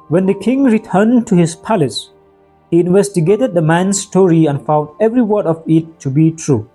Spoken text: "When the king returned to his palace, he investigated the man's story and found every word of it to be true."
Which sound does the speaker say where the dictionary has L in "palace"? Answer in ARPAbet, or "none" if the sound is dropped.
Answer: L